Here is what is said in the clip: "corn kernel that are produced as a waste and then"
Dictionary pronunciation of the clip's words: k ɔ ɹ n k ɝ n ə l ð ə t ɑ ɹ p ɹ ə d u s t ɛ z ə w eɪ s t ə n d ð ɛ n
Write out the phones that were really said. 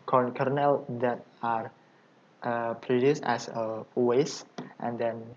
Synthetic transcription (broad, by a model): k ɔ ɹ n k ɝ n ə l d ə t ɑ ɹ p ɹ ə d u s t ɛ s ə w eɪ s t ə n d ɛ n